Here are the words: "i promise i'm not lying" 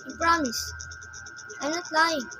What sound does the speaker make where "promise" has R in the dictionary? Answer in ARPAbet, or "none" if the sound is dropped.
R